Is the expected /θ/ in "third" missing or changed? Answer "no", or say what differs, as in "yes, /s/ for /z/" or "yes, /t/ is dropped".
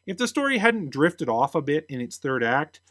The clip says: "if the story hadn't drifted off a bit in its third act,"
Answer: no